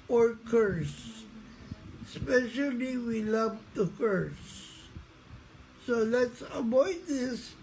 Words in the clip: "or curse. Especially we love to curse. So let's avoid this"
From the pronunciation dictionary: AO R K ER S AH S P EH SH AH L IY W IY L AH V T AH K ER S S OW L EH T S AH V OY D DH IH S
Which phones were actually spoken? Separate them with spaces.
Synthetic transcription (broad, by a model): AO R K ER S S P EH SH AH L IY W IY L AH V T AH K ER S S OW L EH T S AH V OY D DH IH S